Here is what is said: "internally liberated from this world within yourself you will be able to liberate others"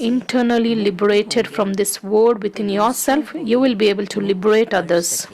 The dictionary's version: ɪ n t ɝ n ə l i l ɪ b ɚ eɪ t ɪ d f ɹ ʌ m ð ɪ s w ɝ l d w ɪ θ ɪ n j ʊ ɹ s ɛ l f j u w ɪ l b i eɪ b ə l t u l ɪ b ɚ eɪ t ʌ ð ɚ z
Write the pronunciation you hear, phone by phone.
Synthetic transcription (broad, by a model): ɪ n t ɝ n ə l i l ɪ b ɚ eɪ t ɪ d f ɹ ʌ m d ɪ s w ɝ d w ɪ t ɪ n j ʊ ɹ s ɛ l f j u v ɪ l b i eɪ b ə l t u l ɪ b ɚ eɪ t ʌ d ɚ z